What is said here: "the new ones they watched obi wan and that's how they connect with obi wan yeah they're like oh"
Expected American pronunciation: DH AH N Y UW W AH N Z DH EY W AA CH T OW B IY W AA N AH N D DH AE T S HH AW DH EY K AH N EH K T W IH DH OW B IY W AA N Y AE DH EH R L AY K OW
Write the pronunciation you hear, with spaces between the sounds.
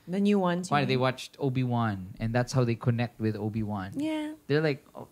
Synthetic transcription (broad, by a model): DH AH N Y UW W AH N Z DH EY W AA CH T OW B IY W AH N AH N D DH AE T S HH AW DH EY K AH N EH K T W IH DH OW B IY W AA N Y AE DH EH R L AY K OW